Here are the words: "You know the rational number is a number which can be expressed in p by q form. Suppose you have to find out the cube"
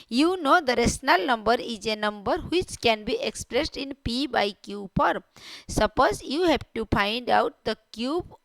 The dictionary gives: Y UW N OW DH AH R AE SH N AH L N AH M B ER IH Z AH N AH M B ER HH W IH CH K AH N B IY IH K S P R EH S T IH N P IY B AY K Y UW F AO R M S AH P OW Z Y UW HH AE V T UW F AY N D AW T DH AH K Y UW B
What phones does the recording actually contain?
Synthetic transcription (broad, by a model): Y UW N OW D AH R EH S N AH L N AH M B ER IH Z AH N AH M B ER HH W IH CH K AH N B IY IH K S P R EH S T IH N P IY B AY K Y UW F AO R S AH P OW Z Y UW HH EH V T UW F AY N D AW T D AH K Y UW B